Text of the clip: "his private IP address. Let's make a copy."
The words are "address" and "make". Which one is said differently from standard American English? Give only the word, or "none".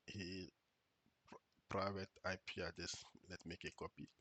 address